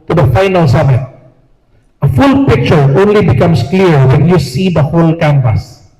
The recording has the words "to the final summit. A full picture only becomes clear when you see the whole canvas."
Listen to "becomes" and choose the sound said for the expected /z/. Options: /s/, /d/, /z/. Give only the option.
/s/